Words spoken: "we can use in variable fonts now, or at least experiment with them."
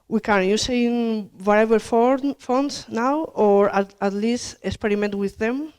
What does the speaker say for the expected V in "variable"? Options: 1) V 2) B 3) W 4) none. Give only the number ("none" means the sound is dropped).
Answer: 3